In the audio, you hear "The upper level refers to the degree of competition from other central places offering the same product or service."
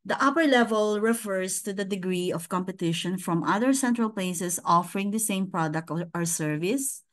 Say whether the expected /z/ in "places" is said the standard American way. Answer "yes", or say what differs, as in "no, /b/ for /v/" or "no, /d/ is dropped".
no, /s/ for /z/